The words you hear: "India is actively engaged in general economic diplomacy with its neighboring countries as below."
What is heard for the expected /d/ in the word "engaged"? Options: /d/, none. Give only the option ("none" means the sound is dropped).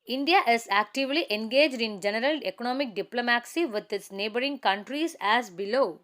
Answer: /d/